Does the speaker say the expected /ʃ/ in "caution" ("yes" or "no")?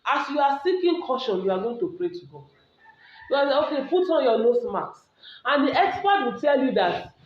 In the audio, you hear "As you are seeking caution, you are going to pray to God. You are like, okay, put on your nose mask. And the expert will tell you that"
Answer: yes